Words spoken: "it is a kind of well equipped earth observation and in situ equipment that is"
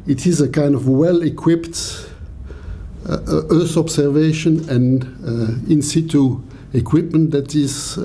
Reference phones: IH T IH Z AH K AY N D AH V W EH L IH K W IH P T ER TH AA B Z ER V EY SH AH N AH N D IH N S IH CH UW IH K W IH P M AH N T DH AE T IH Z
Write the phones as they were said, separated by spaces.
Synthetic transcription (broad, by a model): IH T IH Z AH K AY N D AH V W EH L IH K W IH P T ER TH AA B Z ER V EY SH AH N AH N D IH N S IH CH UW IH K W IH P M AH N T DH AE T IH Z